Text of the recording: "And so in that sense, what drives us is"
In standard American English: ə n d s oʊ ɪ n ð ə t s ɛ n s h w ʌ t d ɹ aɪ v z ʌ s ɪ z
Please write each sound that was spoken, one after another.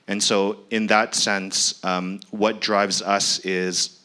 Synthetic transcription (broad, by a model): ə n s oʊ ɪ n ð ə t s ɛ n s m w ʌ t d ɹ aɪ v z ʌ s ɪ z